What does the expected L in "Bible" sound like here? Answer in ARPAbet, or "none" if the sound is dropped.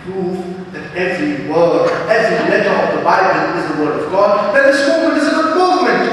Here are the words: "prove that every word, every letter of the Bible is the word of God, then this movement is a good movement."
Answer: N